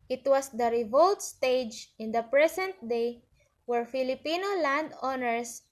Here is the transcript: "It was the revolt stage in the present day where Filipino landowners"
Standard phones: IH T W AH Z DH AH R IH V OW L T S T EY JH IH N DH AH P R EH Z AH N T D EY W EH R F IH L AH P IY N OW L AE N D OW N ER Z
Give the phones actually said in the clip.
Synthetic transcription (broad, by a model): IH T W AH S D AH R IH V OW L T S T EY JH IH N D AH P R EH S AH N T D EY W EH R F IH L AH P IY N OW L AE N D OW N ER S